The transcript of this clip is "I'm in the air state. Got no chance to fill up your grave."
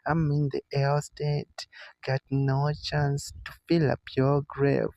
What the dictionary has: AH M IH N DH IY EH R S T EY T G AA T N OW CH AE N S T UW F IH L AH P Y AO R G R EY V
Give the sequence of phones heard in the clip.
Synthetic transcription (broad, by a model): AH M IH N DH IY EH L S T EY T G AA T N OW CH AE N S T UW F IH L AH P Y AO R G R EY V